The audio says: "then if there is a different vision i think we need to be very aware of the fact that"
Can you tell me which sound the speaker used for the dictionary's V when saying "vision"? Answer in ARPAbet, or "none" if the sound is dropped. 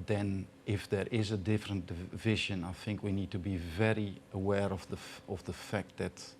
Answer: V